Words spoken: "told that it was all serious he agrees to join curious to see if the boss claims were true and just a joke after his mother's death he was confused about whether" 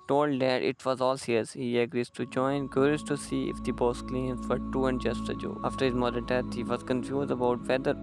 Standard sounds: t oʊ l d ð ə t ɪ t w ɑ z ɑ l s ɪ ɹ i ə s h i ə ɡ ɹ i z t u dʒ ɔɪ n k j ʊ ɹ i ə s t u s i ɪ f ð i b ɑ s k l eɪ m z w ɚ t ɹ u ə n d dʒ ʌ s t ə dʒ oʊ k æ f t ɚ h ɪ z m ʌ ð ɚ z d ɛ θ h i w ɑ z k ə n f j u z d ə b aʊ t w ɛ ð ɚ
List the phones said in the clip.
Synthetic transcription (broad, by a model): t oʊ l d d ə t ɪ t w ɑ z ɑ l s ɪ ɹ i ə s h i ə ɡ ɹ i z t u dʒ ɔɪ n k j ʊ ɹ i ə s t u s i ɪ f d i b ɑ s k l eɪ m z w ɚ t u ə n d dʒ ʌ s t ə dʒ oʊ ɑ f t ɚ h ɪ z m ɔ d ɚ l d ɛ t h i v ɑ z k ə n f j u z d ə b aʊ t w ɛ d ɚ